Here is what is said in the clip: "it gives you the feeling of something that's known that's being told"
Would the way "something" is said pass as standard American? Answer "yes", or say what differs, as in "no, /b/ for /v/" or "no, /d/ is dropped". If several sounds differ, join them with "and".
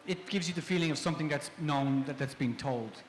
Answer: yes